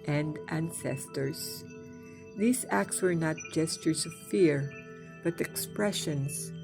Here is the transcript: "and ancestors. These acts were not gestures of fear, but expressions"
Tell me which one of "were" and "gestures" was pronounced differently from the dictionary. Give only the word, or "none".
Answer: none